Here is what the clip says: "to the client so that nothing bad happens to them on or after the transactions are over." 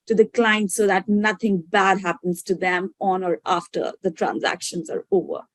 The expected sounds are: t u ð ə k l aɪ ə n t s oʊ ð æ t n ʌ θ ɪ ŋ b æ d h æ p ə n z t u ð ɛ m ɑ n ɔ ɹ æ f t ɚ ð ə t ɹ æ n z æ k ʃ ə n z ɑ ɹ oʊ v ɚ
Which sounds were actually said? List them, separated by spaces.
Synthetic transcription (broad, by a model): t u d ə k l aɪ ə n t s oʊ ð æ t n ʌ t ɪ ŋ b æ d h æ p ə n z t u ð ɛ m ɑ n ɔ ɹ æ f t ɚ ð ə t ɹ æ n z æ k ʃ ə n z ɑ ɹ oʊ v ɚ